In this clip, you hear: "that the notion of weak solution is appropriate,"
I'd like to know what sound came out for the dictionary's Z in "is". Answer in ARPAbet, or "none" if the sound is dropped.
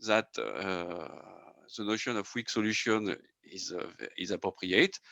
Z